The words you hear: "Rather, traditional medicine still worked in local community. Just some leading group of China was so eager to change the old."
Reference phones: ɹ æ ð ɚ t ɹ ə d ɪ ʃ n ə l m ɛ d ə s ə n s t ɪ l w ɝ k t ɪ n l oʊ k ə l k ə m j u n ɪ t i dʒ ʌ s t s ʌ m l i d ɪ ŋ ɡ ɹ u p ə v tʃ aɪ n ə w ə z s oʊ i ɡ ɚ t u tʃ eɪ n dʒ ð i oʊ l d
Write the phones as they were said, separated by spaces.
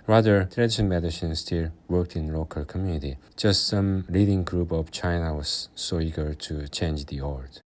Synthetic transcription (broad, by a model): ɹ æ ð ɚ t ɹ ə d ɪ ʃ ə n m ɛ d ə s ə n s t ɪ l w ɝ k t ɪ n l oʊ k ə l k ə m j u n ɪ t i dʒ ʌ s t s ʌ m l i d ɪ ŋ ɡ ɹ u p ə v tʃ aɪ n ə w ə z s oʊ i ɡ ɚ t u tʃ eɪ n dʒ ð i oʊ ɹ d